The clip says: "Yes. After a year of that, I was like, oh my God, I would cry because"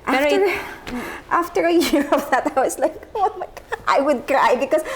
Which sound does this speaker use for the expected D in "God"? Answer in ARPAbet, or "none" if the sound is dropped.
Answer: none